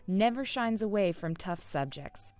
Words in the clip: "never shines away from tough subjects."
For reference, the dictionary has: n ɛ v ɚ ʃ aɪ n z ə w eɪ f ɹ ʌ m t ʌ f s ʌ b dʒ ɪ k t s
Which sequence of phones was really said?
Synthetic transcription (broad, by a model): n ɛ v ɚ ʃ aɪ n z ə w eɪ f ɹ ʌ m t ʌ f s ʌ b dʒ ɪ k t s